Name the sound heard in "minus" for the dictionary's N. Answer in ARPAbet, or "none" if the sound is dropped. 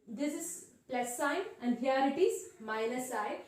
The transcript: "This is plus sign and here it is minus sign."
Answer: L